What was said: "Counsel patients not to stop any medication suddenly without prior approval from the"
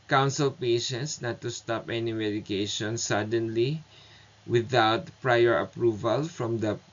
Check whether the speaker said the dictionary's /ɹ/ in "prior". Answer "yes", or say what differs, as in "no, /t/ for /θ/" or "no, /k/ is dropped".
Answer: yes